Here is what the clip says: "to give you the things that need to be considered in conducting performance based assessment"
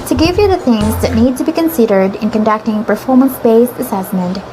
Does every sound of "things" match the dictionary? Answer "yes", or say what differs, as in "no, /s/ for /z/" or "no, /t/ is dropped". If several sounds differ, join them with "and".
yes